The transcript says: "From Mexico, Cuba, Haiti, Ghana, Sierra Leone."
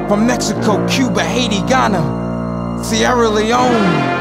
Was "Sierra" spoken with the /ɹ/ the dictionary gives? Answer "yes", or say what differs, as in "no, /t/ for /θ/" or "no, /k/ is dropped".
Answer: yes